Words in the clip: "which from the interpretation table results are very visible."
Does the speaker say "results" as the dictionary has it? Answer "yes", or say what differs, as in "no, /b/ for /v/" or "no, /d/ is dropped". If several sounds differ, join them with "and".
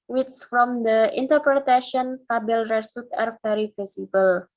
no, /s/ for /z/ and /l/ is dropped and /s/ is dropped